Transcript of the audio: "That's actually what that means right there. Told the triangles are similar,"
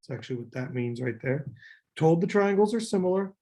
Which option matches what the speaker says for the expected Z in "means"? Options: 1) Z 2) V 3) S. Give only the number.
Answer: 1